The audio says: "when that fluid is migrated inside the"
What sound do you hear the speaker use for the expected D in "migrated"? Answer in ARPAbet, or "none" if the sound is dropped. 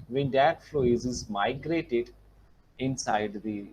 D